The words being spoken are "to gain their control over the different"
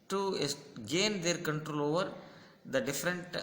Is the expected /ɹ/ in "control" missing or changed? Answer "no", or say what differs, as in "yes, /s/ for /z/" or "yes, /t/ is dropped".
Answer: no